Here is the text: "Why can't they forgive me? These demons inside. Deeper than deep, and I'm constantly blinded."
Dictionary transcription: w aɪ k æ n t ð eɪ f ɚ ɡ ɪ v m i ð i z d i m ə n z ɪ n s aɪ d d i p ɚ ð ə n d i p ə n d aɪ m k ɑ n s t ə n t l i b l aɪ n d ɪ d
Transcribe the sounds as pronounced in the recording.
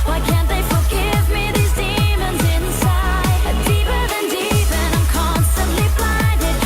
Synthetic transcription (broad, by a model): w aɪ k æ n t ð eɪ f ɚ ɡ ɪ v m i ð i z d i m ə n z ɪ n s aɪ d d i p ɚ ð ə n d i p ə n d aɪ m k ɑ n s t ə n t l i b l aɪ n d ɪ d